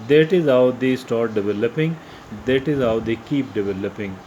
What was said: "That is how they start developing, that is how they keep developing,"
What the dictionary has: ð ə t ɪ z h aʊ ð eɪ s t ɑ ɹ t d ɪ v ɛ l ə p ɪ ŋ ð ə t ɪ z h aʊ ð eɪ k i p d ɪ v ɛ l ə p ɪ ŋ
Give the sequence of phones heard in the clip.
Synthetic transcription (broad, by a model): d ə t ɪ z h aʊ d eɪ s t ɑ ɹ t d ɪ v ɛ l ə p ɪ ŋ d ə t ɪ z h aʊ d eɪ k i p d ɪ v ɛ l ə p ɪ ŋ